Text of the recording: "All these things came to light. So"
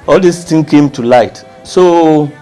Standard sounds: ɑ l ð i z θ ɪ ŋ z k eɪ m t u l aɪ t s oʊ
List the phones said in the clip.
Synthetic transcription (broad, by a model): ɑ l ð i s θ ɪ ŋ k eɪ m t u l aɪ t s oʊ